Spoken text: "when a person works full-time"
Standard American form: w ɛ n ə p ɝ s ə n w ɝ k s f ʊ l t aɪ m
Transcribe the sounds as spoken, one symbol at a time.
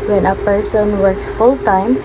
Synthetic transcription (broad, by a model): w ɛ n ə p ɝ s ə n w ɝ k s f ʊ l t aɪ m